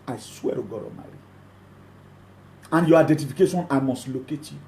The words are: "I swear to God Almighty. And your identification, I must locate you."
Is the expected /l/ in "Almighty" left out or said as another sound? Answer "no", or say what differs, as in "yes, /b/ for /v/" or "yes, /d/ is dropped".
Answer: yes, /l/ is dropped